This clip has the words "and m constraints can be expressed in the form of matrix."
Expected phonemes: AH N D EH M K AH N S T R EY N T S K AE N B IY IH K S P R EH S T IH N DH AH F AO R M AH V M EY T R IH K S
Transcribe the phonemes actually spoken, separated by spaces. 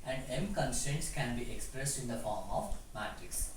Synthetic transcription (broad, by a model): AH N D EH M K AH N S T EY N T S K AE N B IY IH K S P R EH S T IH N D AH F AO R M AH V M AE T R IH K S